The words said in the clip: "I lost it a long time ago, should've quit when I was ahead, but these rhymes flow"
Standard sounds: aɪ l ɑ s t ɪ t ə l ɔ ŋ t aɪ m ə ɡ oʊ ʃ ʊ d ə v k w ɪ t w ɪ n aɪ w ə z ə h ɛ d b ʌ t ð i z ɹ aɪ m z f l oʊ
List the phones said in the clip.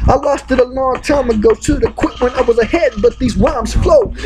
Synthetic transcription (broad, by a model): aɪ l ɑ s t ɪ t ə l ɔ ŋ t aɪ m ə ɡ oʊ ʊ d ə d k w ɪ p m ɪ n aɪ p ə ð ə h ɛ d b ʌ t ð i z w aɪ m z f l oʊ